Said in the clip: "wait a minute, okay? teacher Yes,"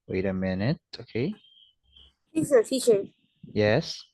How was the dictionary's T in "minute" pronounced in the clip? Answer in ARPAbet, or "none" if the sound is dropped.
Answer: T